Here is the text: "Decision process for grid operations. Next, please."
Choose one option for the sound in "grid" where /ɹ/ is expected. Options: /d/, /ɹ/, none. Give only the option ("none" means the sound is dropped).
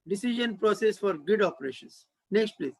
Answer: none